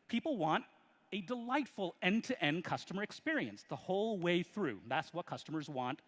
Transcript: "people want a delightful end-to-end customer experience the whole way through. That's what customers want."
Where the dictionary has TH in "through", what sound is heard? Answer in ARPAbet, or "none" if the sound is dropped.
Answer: TH